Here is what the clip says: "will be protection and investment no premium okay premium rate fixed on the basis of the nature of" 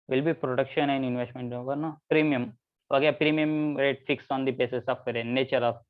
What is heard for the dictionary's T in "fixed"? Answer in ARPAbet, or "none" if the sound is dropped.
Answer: none